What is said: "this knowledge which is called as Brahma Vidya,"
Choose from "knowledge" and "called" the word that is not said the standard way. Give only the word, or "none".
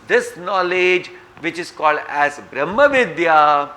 none